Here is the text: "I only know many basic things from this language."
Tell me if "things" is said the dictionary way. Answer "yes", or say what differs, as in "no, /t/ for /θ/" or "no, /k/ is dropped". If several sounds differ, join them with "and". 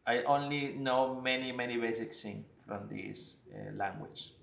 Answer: no, /s/ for /θ/ and /z/ is dropped